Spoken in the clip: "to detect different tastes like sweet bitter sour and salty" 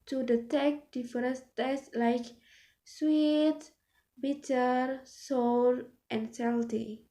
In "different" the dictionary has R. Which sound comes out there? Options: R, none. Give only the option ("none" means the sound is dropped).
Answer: none